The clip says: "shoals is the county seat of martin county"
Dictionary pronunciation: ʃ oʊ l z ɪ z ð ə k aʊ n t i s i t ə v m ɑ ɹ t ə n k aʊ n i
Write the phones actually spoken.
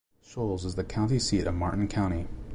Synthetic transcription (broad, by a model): ʃ oʊ l z ɪ z ð ə k aʊ n t i s i t ə v m ɑ ɹ t n k aʊ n i